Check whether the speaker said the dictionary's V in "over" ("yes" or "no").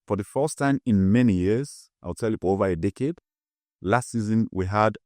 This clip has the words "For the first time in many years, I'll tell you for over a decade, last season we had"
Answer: yes